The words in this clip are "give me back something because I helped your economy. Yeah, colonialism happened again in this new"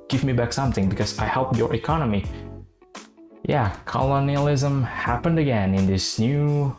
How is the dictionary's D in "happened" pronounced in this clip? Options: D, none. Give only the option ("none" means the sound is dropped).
D